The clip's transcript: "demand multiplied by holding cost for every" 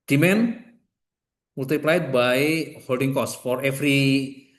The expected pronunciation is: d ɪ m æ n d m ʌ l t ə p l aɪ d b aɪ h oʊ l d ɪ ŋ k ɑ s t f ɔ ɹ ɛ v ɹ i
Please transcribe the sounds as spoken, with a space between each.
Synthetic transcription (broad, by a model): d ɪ m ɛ n m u l t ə p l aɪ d b aɪ h oʊ l d ɪ ŋ k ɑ s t f ɔ ɹ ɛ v ɹ i